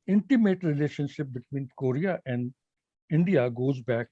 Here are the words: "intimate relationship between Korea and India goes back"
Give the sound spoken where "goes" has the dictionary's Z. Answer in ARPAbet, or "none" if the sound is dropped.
Z